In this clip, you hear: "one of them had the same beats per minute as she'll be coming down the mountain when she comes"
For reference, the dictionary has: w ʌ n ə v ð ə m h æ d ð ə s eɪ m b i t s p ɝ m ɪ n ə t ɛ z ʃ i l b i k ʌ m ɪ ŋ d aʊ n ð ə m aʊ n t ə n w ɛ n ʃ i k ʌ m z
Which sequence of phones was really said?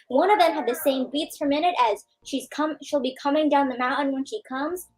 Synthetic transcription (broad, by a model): w ʌ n ə v ð ə m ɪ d ð ə s eɪ m b i t s f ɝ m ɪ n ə t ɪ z ʃ i l b i k ʌ m ɪ ŋ d aʊ n ð ə m aʊ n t n w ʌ n ʃ i k ʌ m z